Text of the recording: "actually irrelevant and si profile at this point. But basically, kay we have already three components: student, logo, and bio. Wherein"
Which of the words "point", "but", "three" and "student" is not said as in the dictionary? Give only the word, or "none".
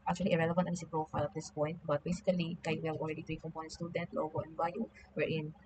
three